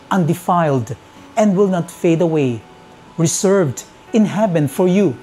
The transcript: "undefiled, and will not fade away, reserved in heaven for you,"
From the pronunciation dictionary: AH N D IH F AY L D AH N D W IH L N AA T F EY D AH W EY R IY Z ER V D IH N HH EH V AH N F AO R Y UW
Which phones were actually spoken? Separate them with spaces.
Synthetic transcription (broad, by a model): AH N D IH F AY L D AH N D W IH L N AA T F EY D AH W EY R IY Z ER V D IH N HH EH B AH N F AO R Y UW